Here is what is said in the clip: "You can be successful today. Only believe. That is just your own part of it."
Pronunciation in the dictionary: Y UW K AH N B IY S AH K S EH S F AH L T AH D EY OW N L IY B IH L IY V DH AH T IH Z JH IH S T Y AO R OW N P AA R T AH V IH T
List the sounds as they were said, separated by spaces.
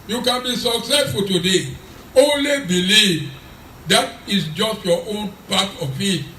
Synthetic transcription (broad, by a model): Y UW K AH N B IY S AH K S EH S F AH L T AH D EY OW N L IY B IH L IY V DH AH T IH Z JH IH S T Y AO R OW N P AA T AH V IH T